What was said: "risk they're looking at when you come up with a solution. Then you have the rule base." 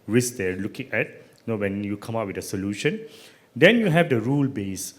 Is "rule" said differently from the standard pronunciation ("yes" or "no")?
no